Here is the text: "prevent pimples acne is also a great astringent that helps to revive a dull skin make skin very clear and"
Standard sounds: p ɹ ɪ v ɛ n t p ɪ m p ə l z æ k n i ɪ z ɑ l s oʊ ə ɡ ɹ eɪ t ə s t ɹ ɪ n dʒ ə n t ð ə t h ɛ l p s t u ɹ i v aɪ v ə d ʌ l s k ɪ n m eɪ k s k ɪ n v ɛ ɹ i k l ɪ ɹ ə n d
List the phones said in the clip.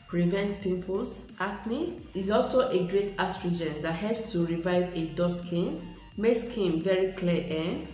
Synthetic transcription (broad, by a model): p ɹ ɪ v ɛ n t p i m p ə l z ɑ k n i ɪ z ɑ l s oʊ ə ɡ ɹ eɪ t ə s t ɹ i dʒ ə n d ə t h ɛ l p s t u ɹ i v aɪ v ə d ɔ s k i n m eɪ k s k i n v ɛ ɹ i k l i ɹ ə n